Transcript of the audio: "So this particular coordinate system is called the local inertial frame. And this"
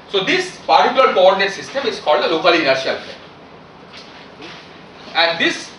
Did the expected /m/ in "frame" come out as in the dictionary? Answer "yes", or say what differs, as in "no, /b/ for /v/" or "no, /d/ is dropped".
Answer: no, /m/ is dropped